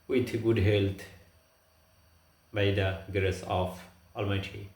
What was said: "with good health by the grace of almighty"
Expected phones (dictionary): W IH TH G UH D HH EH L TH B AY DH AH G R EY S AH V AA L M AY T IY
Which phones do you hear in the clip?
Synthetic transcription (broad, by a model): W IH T G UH D HH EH L T B AY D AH G R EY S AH F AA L M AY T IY